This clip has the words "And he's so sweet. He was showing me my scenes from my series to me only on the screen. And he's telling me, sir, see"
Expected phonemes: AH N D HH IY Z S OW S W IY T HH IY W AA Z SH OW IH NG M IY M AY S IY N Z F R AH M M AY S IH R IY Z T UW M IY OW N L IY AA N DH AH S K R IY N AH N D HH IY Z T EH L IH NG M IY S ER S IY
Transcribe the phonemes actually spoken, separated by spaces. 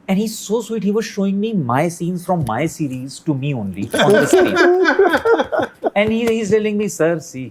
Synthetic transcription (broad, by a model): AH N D HH IY Z S OW S W IY T HH IY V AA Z SH OW IH NG M IY M AY S IY N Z F R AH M M AY S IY R IY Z T UW M IY OW N L IY AA N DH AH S R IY AH N D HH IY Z T EH L IH NG M IY S ER S IY